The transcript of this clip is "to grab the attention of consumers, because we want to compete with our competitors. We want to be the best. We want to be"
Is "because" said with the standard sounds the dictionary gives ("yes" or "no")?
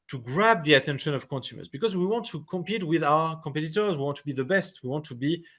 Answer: yes